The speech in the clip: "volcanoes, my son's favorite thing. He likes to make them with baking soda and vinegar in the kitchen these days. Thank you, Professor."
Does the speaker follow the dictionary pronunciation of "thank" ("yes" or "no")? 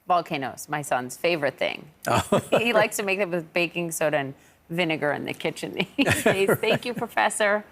yes